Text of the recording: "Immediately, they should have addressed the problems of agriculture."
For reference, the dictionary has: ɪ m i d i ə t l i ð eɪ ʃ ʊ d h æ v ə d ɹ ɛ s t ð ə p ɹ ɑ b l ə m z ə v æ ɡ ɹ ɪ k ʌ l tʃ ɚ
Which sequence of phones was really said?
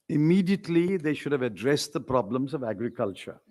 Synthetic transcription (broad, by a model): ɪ m i d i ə t l i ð eɪ ʃ ʊ d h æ v ə d ɹ ɛ s t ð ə p ɹ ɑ b l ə m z ə v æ ɡ ɹ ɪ k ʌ l tʃ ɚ